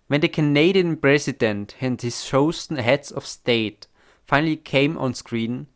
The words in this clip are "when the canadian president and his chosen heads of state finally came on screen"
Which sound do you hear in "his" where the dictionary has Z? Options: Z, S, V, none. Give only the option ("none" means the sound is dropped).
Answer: S